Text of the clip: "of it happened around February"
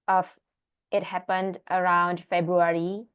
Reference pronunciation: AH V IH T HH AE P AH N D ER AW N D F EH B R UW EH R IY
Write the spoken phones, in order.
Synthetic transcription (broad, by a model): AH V IH T HH AE P AH N D ER AW N D F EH B R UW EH R IY